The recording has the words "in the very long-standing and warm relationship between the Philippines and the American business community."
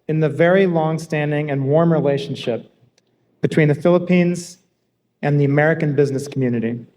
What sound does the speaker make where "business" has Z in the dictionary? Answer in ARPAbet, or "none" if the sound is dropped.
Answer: Z